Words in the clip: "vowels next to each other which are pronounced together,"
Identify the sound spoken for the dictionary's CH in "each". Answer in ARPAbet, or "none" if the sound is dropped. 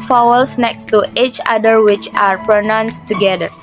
CH